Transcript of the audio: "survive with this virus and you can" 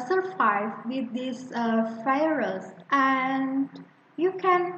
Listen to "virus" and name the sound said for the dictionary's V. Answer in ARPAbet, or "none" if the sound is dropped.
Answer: F